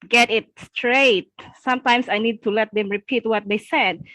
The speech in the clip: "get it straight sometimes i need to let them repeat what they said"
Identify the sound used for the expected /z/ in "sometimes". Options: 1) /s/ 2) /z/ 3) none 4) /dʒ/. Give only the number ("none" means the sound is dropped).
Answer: 1